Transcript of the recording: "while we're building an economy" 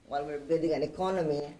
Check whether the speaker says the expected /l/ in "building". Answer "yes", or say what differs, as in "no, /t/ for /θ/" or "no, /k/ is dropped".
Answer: no, /l/ is dropped